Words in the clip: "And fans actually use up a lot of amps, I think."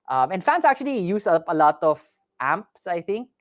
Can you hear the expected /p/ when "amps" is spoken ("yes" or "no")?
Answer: yes